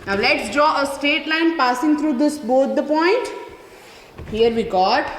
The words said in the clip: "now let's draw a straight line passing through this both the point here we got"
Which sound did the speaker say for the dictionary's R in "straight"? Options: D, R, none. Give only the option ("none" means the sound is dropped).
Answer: none